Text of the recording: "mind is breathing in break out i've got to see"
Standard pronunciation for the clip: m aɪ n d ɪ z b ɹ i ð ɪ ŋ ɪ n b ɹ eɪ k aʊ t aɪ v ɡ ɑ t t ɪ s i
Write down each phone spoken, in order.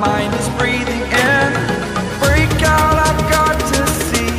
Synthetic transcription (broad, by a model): m aɪ n d ɪ z b ɹ i ð ɪ ŋ ɪ n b ɹ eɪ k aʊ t aɪ v ɡ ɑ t t ɪ s i